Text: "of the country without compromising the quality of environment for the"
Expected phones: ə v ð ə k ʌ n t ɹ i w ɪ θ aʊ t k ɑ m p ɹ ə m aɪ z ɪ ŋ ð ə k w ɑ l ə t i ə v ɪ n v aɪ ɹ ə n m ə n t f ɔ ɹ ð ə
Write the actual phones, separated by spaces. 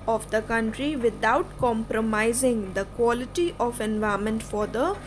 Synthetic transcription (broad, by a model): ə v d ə k ʌ n t ɹ i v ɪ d aʊ t k ɑ m p ɹ ə m aɪ z ɪ ŋ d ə k w ɑ l ə t i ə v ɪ n v aɪ ə m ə n t f ɔ ɹ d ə